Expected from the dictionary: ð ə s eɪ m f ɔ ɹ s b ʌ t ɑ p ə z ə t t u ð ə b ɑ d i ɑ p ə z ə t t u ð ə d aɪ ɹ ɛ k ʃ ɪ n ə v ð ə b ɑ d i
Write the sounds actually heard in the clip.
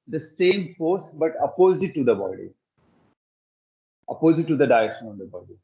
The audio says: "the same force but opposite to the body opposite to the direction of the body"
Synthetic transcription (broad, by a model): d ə s eɪ m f ɔ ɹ s b ʌ t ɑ p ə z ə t t u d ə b ɑ d i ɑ p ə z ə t t u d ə d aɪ ɛ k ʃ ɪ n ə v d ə b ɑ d i